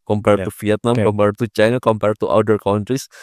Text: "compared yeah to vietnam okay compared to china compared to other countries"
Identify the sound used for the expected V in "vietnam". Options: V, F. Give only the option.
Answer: F